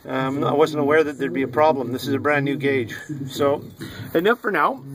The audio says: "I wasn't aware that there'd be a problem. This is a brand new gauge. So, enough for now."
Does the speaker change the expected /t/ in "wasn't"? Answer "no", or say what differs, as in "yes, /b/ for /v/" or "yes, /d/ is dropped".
no